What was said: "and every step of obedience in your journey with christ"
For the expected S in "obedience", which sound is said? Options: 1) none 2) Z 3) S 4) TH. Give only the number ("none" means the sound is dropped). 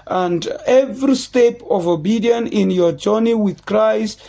1